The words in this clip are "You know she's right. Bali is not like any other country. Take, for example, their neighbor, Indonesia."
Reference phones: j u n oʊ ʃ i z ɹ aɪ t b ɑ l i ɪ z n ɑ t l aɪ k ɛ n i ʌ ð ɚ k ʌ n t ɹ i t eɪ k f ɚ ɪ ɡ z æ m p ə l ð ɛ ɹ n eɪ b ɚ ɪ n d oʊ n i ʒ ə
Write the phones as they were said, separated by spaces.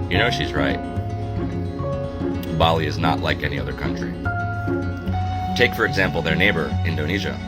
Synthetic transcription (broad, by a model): j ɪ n oʊ ʃ i z ɹ aɪ t b ɑ l i ɪ z n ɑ t l aɪ k ɛ n i ʌ ð ɚ k ʌ n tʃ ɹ i t eɪ k f ɚ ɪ ɡ z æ m p l ð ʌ ɹ n eɪ b ɚ ɪ n d oʊ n i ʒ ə